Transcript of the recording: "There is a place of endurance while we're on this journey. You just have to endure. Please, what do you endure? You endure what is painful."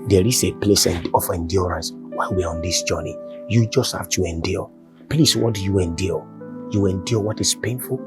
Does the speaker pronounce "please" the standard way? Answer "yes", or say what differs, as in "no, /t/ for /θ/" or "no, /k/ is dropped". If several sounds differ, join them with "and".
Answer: no, /s/ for /z/